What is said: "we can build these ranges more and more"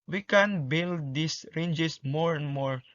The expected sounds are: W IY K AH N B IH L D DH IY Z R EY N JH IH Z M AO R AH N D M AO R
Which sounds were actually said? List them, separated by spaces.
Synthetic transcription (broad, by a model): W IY K AH N B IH L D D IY S R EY N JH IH S M AO R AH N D M AO R